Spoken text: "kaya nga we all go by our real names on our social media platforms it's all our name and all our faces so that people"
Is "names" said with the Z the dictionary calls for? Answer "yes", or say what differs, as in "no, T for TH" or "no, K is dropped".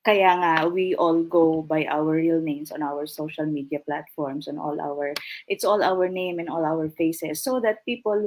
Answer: no, S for Z